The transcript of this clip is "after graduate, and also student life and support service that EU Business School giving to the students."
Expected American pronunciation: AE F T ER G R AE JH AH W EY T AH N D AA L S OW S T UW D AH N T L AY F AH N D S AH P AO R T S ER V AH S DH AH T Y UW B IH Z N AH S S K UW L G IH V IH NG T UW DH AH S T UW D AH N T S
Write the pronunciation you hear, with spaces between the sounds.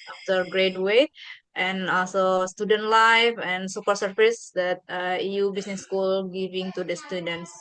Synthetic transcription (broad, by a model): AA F T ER G R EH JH W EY T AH N AA L S OW S T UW D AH N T L AY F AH N S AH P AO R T S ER P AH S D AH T Y UW B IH S N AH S S K UW L G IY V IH NG T UW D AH S T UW D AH N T S